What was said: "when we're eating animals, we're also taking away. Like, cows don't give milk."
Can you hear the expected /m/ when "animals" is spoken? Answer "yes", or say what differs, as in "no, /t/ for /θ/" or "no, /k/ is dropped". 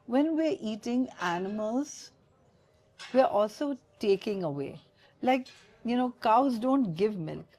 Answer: yes